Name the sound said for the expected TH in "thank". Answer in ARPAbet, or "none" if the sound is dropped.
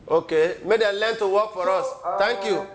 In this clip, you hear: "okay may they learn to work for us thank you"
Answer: T